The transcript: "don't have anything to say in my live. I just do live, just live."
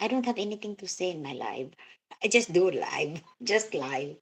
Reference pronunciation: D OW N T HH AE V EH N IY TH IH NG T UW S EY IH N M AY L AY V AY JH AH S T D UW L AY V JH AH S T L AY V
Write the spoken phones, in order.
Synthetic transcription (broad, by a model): D OW N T HH AE V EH N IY T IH NG T UW S EY IH N M AY L AY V AY JH AH S T D UW L AY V JH AH S T L AY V